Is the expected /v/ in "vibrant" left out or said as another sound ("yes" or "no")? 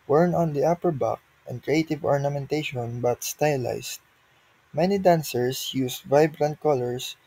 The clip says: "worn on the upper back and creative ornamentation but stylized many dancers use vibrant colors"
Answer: no